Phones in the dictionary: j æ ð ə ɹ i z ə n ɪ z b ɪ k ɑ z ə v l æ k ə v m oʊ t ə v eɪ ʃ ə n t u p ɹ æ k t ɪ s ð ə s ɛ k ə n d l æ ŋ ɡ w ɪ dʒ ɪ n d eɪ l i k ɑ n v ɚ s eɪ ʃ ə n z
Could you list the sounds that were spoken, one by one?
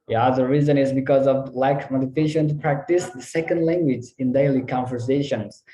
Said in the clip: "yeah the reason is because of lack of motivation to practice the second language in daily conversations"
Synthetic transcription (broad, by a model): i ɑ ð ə ɹ i z ə n ɪ z b ɪ k ɑ z ə v l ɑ ə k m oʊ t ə f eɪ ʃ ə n t u p ɹ æ k t ɪ s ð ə s ɛ k ə n d l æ ŋ ɡ w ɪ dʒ ɪ n d eɪ l i k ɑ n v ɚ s eɪ ʃ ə n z